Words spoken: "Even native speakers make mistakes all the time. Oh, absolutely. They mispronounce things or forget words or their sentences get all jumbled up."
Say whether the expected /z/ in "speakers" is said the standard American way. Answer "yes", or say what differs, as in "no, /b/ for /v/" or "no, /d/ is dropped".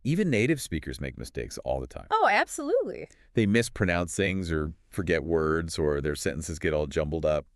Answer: yes